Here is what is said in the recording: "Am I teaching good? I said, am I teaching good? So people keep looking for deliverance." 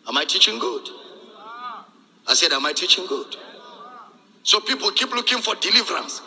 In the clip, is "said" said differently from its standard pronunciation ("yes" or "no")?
no